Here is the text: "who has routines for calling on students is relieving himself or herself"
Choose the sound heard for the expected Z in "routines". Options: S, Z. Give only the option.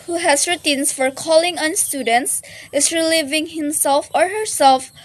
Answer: S